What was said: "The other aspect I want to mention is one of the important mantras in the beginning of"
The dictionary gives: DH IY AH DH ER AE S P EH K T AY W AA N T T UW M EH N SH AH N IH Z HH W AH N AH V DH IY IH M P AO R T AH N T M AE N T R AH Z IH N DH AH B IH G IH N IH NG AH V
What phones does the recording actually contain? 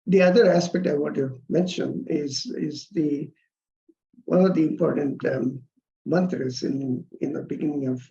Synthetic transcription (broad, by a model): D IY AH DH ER AE S P EH K T AY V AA T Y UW M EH N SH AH N IH Z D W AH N AH V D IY IH M P AO R T AH N T M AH N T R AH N IH N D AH B IH G IH N IH NG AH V